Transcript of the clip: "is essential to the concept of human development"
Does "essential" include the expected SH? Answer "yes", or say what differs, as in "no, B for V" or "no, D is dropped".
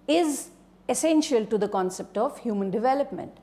yes